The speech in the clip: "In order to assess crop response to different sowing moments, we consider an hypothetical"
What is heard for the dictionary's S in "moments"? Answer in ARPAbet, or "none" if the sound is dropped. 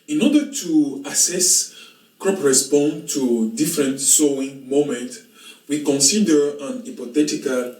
none